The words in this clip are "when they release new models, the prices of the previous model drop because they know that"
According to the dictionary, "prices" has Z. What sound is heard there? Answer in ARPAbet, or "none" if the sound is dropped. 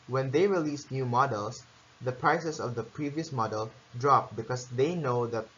S